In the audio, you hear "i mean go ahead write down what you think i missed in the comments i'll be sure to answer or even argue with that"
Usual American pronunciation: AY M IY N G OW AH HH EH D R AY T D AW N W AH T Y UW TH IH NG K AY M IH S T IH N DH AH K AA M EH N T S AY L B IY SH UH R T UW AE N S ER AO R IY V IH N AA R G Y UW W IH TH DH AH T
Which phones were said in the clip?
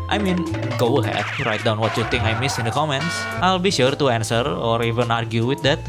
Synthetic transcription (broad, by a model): AY M IY N G OW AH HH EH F R AY T D AW N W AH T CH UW T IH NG AY M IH S IH N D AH K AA M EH N T S AY L B IY SH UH R T UW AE N S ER AO R IY V IH N AA R G Y UW W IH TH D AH T